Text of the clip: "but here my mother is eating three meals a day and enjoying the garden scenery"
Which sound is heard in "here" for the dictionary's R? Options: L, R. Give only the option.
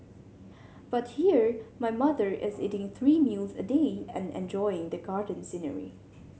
R